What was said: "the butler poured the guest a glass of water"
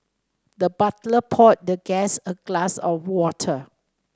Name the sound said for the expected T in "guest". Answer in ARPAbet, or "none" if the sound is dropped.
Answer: none